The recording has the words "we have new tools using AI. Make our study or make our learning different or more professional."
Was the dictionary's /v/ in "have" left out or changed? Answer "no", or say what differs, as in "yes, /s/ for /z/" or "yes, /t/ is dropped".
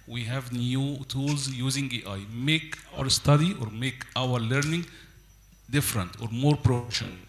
no